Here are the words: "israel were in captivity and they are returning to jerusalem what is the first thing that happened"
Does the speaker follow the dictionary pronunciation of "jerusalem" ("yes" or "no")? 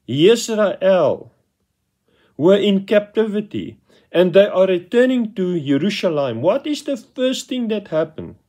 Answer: no